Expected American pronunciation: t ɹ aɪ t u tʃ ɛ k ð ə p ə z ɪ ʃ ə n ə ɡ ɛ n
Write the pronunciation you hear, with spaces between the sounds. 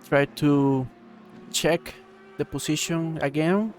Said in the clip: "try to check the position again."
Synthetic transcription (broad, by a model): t ɹ aɪ t u tʃ ɛ k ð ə p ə s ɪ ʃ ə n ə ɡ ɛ n